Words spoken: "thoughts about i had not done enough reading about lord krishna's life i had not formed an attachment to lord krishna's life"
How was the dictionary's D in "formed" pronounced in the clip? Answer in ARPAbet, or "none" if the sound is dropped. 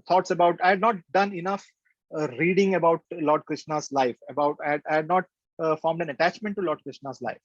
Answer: D